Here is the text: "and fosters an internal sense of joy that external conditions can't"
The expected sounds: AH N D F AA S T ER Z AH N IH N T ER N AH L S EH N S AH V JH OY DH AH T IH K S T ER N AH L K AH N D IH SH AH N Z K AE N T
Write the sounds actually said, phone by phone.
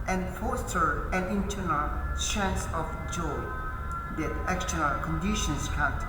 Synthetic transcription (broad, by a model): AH N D F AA S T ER AH N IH N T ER N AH L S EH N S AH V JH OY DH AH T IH K S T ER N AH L K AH N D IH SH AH N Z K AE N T